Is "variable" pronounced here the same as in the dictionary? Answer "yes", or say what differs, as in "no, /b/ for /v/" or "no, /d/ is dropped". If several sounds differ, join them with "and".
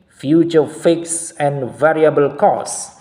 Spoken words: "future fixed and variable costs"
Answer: yes